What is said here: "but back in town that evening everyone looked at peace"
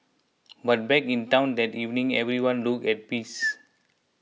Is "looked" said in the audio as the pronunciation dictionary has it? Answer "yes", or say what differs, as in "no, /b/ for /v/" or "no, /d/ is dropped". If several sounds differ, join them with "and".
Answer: no, /t/ is dropped